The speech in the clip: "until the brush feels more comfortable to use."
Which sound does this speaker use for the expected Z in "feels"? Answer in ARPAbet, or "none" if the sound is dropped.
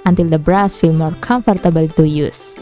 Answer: none